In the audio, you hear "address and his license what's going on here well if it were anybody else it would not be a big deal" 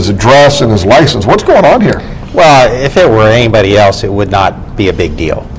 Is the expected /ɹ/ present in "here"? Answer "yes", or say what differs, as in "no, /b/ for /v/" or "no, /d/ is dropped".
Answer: yes